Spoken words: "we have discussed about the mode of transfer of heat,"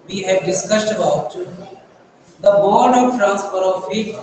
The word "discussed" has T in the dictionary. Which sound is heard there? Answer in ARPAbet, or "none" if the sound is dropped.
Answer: T